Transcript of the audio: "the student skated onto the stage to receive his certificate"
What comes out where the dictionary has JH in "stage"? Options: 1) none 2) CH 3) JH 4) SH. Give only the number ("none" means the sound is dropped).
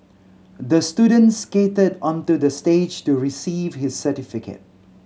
3